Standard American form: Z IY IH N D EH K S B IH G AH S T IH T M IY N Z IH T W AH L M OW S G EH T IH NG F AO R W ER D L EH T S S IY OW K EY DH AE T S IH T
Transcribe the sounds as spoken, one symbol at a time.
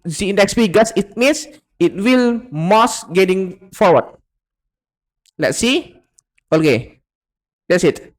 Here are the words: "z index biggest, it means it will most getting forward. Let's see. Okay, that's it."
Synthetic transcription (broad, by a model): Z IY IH N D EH K S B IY G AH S IH T M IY N S IH T W AH L M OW S G EH T IH NG F AO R W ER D L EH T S S IY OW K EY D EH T S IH T